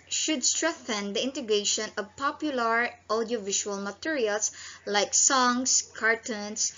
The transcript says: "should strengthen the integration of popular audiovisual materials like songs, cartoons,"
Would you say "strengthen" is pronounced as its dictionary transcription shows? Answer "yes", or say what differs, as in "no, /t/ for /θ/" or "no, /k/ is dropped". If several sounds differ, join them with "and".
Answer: yes